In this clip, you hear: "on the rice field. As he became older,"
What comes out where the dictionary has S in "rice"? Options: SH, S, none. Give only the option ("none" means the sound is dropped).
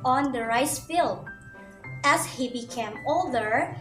S